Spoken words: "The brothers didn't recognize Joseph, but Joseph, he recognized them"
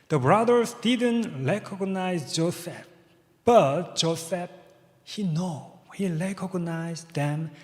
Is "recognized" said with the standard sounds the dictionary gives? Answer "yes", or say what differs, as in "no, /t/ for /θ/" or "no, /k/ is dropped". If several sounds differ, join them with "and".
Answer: no, /l/ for /ɹ/